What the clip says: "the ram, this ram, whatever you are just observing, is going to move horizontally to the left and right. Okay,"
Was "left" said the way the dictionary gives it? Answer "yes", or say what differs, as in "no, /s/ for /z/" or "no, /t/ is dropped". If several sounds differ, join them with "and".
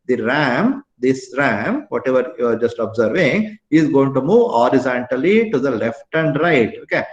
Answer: yes